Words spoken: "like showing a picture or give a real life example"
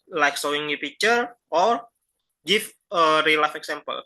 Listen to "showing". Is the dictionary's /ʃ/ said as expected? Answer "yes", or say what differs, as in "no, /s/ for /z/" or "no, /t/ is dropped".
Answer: no, /s/ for /ʃ/